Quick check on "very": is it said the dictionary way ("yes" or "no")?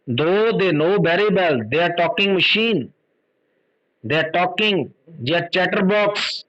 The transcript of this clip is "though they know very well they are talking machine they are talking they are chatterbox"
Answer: no